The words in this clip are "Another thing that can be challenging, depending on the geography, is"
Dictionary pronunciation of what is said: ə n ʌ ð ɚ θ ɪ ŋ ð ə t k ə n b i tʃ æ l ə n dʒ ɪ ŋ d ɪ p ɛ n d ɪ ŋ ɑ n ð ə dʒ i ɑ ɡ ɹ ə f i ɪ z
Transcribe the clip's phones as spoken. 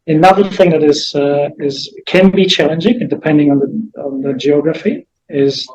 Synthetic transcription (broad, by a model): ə n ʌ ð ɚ θ ɪ ŋ ð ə t k ə n b i tʃ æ l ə n dʒ ɪ ŋ d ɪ p ɛ n d ɪ ŋ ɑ n ð ə dʒ i ɑ ɡ ɹ ə f i ɪ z